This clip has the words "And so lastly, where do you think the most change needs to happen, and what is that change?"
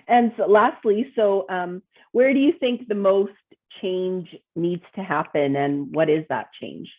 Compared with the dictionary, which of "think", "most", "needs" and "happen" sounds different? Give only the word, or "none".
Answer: none